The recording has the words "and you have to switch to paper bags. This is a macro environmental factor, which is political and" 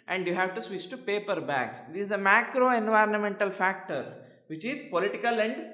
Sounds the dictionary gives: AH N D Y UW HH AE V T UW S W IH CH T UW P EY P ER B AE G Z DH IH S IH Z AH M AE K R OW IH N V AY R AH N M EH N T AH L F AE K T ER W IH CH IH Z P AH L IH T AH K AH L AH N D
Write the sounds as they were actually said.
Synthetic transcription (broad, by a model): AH N D Y UW HH AE V T UW S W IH CH T UW P EY P ER B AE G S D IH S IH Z AH M AE K R OW IH N V AY R AH N M EH N T AH L F AE K T ER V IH CH IH Z P AH L IH T AH K AH L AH N D